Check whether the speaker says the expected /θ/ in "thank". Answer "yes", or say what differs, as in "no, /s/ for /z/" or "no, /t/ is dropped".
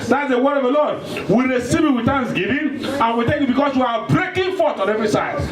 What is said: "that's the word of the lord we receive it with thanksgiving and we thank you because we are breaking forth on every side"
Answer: no, /t/ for /θ/